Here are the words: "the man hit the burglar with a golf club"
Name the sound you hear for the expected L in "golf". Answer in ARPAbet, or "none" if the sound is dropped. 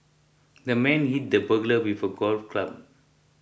L